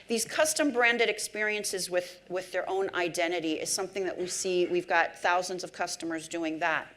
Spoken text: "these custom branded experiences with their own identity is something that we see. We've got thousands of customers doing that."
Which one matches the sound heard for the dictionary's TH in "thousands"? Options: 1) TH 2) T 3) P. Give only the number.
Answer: 1